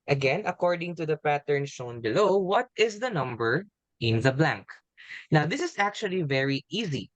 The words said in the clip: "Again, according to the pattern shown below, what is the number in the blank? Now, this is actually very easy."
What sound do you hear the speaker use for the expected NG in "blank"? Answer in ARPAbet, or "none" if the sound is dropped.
NG